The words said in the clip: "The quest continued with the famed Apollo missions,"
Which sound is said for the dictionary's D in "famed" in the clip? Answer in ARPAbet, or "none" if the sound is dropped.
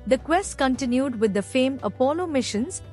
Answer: none